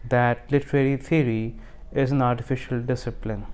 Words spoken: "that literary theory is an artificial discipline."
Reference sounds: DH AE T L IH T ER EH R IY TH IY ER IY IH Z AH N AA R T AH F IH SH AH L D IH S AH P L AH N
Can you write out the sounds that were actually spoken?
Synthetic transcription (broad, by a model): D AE T L IH T ER EH R IY T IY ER IY IH Z AH N AA R T AH F IH SH AH L D IH S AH P L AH N